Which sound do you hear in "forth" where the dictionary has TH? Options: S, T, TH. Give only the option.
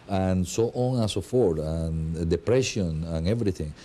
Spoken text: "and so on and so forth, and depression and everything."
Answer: T